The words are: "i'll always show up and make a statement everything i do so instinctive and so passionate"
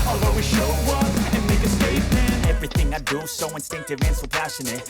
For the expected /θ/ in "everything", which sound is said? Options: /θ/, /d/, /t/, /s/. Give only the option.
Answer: /θ/